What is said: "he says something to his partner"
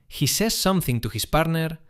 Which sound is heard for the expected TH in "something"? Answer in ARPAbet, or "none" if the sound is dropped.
TH